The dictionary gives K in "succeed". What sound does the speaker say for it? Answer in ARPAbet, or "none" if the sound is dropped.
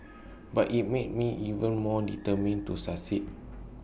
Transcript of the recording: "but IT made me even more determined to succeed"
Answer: none